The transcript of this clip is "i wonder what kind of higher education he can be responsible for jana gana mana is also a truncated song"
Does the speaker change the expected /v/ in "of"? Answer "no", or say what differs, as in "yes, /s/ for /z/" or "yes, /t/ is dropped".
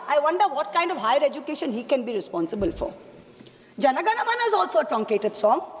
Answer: no